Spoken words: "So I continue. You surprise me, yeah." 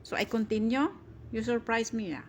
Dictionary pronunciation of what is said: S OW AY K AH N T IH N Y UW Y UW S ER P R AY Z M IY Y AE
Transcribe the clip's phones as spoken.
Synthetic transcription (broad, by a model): S OW AY K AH N T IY N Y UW Y UW S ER P R AY S M IY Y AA